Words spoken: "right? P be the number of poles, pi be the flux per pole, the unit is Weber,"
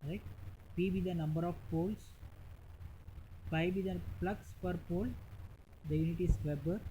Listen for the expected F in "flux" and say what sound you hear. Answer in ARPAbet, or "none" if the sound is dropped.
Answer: P